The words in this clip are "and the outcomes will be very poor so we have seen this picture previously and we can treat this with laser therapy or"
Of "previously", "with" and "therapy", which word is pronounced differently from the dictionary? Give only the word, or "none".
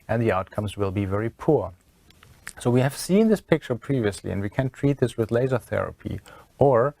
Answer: none